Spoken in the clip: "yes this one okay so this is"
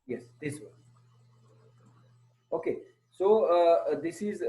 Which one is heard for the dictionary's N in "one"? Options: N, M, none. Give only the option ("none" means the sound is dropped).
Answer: none